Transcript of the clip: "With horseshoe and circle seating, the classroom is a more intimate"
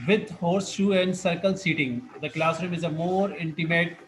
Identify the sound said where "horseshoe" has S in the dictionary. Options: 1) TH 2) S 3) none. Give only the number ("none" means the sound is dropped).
2